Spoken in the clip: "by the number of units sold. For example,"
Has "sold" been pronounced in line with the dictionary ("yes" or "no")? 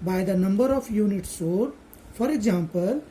no